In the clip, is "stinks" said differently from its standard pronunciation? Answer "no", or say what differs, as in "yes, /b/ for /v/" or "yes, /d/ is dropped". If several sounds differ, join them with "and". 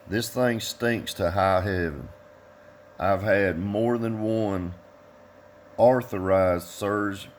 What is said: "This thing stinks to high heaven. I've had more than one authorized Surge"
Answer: no